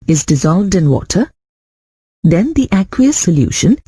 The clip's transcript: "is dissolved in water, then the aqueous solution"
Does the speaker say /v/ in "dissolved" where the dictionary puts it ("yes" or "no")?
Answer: yes